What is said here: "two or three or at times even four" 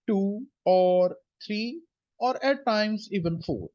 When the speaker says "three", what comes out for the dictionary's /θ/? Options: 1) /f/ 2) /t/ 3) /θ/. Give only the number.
2